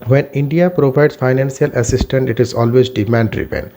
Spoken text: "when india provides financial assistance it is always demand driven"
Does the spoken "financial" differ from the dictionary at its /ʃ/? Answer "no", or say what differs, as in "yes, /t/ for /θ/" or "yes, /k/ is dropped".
yes, /s/ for /ʃ/